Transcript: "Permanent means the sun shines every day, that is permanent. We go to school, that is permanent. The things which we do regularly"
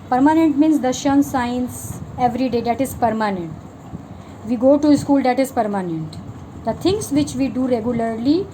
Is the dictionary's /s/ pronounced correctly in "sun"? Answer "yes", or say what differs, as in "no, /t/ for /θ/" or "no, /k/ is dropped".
no, /ʃ/ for /s/